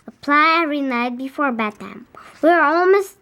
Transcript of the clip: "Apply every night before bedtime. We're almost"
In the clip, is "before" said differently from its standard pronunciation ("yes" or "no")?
no